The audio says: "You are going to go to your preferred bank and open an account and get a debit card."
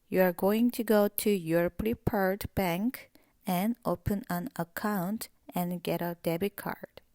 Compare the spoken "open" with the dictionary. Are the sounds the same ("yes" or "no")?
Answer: yes